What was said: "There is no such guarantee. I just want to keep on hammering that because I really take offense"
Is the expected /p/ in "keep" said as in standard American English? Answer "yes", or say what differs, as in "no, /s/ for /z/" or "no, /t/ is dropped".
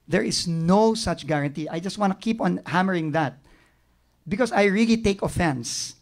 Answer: yes